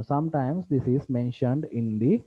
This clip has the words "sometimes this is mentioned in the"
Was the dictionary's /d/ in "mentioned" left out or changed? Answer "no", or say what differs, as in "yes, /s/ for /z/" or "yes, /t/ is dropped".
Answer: no